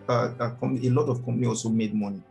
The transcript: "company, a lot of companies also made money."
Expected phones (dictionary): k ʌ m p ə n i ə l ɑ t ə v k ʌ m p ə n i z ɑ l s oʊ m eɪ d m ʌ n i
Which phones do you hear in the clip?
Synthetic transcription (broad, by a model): k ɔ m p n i ə l ɑ t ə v k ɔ m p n i ɑ l s oʊ m eɪ d m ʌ n i